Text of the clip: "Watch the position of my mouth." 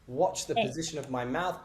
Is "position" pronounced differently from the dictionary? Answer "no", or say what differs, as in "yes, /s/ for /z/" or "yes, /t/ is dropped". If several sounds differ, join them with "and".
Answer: no